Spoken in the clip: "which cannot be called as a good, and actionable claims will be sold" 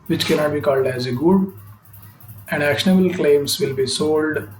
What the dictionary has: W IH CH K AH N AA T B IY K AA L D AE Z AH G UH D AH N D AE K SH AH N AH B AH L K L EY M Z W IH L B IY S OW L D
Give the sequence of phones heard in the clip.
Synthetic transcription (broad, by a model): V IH CH K AH N AA T B IY K AA L D AE Z AH G UH D AH N D AE K SH AH N AH B AH L K L EY M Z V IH L B IY S OW L D